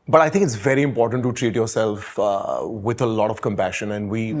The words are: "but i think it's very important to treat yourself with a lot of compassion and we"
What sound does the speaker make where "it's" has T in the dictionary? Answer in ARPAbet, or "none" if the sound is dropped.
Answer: T